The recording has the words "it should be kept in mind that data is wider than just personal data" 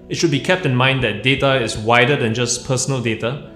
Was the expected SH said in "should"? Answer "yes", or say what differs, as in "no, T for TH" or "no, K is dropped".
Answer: yes